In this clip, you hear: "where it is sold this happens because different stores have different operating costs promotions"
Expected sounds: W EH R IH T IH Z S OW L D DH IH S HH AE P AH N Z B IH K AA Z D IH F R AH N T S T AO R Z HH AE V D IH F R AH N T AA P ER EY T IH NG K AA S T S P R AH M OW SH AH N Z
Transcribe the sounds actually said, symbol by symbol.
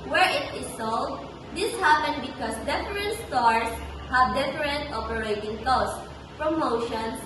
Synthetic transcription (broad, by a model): W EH R IH T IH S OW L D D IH S HH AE P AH N B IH K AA S D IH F R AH N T S T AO R S HH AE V D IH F R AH N T AA P ER EY T IH NG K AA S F R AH M OW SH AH N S